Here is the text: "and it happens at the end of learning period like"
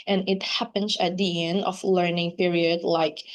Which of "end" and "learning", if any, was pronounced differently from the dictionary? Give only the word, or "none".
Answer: none